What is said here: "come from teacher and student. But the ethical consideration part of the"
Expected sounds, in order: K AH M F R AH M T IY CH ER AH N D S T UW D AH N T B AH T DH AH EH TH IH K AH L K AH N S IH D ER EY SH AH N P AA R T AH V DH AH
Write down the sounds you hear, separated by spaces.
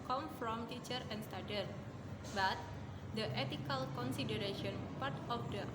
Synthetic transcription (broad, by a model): K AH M F R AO M T IY CH ER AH N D S T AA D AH T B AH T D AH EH T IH K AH L K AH N S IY D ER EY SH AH N P AA R T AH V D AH